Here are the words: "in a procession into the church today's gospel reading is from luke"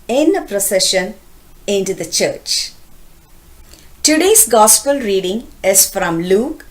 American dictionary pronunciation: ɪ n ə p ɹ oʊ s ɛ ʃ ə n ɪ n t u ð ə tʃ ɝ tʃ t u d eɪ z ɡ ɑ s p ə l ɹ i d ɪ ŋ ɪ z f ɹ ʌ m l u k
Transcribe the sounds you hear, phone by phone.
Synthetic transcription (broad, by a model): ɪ n ə p ɹ oʊ s ɛ ʃ ə n ɪ n t u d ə tʃ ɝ tʃ t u d eɪ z ɡ ɑ s p ə l ɹ i d ɪ ŋ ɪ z f ɹ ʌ m l u k